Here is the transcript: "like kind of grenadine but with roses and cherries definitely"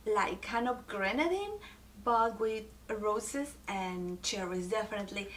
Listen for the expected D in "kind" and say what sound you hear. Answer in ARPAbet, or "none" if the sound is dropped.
none